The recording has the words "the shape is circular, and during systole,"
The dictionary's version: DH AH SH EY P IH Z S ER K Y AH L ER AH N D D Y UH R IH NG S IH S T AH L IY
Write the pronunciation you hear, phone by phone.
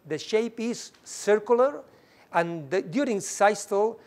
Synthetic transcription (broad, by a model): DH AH SH EY P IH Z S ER K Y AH L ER AH N D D Y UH R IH NG S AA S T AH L